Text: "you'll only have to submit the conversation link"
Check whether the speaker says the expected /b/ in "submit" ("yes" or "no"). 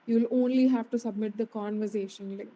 yes